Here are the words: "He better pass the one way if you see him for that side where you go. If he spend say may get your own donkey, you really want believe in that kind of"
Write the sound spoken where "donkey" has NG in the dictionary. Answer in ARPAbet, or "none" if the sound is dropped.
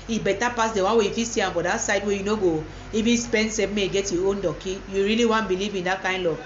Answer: none